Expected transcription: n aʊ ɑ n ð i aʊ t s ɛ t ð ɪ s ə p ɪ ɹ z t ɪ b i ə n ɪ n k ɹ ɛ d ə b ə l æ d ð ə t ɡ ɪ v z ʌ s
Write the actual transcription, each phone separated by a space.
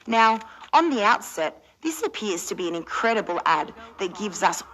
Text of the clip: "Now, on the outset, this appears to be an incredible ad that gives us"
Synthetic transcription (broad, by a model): n aʊ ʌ n ð i aʊ t s ɛ t ð ɪ s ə p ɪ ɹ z t ɪ b i ə n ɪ n k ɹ ɛ d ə b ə l æ d ð ə t ɡ ɪ v z ʌ s